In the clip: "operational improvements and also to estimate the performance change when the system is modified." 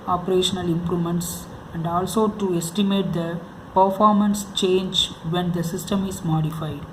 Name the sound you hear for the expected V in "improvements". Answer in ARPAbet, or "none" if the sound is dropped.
none